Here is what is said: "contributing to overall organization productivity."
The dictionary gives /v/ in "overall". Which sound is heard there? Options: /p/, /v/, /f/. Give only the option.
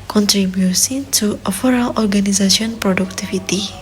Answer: /f/